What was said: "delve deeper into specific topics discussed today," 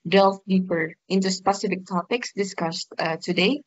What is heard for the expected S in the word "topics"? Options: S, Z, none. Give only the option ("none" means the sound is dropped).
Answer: S